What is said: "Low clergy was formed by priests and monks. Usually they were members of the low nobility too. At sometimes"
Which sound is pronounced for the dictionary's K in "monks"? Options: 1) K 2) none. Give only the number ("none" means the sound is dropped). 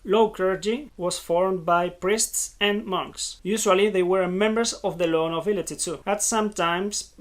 1